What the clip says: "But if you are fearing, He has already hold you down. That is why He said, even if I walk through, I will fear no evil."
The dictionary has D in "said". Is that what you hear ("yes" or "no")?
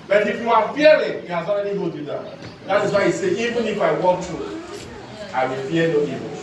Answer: no